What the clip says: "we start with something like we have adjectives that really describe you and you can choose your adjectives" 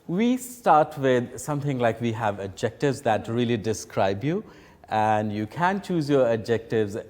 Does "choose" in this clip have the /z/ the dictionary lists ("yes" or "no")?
yes